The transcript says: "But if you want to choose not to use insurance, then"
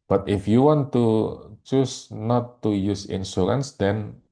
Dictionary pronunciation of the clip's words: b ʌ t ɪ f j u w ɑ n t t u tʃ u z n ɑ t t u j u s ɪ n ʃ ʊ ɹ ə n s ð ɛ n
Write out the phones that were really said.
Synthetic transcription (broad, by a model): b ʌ t ɪ f j u w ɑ n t t u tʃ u s n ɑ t t u j u s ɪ n s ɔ l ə n s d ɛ n